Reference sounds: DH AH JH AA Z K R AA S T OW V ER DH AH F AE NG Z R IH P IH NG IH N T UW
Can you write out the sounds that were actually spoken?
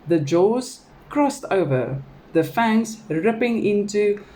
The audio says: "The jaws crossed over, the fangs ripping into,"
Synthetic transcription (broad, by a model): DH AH JH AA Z K R AA S T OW V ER DH AH F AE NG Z R IH P IH NG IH N T UW